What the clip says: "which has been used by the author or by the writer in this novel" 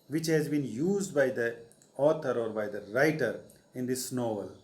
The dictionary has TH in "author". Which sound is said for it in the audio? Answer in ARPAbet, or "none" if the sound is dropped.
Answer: T